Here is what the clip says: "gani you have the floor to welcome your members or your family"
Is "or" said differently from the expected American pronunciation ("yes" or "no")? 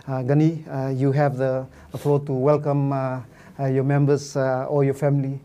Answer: yes